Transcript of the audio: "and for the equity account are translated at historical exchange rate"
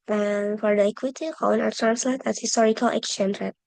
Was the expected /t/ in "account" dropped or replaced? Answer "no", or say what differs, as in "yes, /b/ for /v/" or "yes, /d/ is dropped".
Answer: yes, /t/ is dropped